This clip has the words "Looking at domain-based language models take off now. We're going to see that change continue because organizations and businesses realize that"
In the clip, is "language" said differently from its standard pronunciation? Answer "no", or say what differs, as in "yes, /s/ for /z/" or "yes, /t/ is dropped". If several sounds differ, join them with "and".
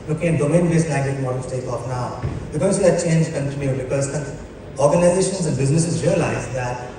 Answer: yes, /ŋ/ is dropped